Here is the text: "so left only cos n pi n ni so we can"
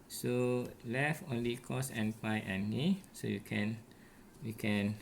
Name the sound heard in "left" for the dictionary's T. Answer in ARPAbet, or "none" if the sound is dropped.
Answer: none